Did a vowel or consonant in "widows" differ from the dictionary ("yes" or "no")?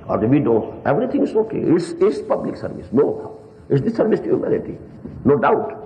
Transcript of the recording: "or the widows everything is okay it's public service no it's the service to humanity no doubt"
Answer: yes